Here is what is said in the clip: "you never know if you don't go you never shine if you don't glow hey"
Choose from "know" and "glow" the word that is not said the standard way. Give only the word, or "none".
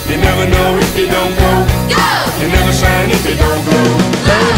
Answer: glow